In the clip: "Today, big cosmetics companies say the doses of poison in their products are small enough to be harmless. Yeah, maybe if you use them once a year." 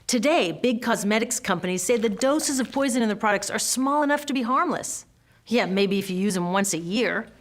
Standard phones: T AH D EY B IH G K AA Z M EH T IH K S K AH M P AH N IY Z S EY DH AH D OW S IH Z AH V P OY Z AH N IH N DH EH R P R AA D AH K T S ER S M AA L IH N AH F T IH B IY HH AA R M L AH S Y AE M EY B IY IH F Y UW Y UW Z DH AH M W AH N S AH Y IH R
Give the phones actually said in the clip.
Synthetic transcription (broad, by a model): T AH D EY B IH G K AA Z M EH T IH K S K AH M P AH N IY Z S EY DH AH D OW S IH Z AH V P OY Z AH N IH N DH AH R P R AA D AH K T S ER S M AA L IH N AH F T IH B IY HH AA R M L AH S Y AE M EY B IY IH F Y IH Y UW Z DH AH M W AH N S AH Y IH R